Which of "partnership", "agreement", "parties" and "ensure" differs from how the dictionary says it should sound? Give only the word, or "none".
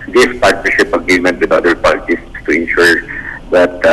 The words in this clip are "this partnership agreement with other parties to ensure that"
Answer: parties